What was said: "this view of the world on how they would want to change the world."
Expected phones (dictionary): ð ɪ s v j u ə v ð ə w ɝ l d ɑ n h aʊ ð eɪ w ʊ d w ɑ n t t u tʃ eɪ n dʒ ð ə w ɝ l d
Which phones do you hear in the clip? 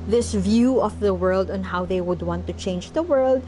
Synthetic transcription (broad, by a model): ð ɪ s v j u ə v ð ə w ɝ l d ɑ n h aʊ ð eɪ w ʊ d w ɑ n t t u tʃ eɪ n dʒ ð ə w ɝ l d